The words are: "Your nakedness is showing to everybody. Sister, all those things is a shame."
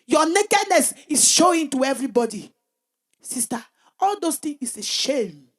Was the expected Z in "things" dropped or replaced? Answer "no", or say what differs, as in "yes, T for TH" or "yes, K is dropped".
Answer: yes, Z is dropped